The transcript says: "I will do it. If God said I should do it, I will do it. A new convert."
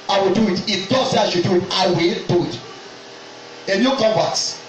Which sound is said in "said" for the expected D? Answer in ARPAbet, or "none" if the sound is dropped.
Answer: none